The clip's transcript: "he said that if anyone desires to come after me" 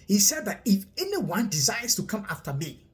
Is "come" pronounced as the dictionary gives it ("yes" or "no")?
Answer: yes